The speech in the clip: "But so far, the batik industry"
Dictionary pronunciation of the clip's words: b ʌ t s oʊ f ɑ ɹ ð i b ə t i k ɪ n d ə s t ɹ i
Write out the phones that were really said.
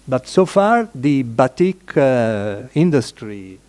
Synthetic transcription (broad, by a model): b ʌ t s oʊ f ɑ ɹ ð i b ə t i k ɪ n d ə s t ɹ i